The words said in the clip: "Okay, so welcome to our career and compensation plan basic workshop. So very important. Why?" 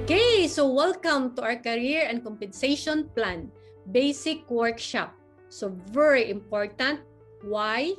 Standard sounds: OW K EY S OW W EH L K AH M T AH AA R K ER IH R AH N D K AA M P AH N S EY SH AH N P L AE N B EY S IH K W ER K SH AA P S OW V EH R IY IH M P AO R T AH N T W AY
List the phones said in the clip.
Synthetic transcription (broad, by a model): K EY S OW W EH L K AH M T AH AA W K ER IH R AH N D K AA M P AH N S EY SH AH N P L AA N B EY S IH K W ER K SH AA P S OW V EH R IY IH M P AO R T AH N T W AY